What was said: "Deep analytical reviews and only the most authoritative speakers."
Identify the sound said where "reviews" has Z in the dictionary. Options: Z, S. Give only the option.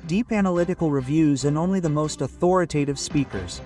Z